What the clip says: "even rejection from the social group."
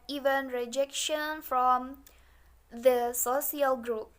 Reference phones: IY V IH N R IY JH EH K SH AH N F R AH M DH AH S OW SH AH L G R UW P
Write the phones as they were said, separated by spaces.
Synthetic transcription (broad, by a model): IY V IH N R IY JH EH K SH AH N F R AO M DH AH S OW S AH L G R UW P